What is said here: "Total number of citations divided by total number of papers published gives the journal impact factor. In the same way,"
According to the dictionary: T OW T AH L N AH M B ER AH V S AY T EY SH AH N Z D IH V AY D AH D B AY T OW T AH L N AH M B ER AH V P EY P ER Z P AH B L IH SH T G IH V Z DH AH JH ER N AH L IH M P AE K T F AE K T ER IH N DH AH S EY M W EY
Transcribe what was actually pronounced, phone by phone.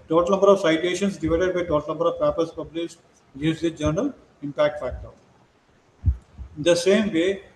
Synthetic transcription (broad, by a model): T OW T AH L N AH M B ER AH V S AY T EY SH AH N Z D IH V AY D AH D B AY T OW T AH L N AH M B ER AH V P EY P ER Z P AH B L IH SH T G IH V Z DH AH JH ER N AH L IH M P AE K T F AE K T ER IH N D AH S EY M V EY